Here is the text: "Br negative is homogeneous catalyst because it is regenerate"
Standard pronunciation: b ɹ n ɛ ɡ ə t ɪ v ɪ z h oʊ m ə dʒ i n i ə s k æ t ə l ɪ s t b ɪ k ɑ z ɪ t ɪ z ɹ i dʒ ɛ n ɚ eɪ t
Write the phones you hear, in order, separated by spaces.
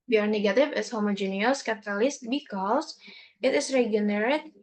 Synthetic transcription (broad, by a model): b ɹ n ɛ ɡ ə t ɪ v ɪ s h oʊ m ə dʒ i n i ə s k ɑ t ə l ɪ s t b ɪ k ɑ s ɪ t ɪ s ɹ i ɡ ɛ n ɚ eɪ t